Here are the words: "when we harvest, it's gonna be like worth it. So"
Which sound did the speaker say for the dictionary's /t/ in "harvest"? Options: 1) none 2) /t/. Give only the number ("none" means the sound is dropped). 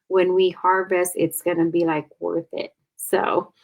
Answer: 1